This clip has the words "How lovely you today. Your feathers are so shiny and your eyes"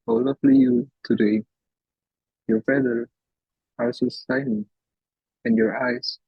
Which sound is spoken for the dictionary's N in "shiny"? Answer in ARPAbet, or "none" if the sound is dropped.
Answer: L